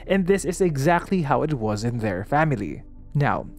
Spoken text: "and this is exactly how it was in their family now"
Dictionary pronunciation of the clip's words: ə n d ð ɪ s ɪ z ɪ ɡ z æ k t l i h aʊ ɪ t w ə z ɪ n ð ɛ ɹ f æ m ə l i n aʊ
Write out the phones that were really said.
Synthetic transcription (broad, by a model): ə n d ð ɪ s ɪ z ɪ ɡ z æ k t l i h aʊ ɪ t w ə z ɪ n ð ɛ ɹ f æ m ə l i n aʊ